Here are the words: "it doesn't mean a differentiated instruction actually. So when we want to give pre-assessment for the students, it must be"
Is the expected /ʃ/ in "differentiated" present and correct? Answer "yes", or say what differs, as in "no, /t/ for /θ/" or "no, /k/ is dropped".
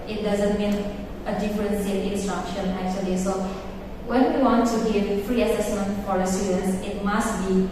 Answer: no, /s/ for /ʃ/